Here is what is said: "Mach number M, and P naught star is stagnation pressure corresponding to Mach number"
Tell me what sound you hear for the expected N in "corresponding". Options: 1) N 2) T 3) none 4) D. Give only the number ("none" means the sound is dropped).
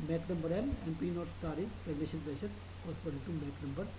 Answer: 3